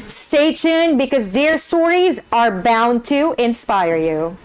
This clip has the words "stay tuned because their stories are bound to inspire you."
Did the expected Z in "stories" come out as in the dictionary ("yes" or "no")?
yes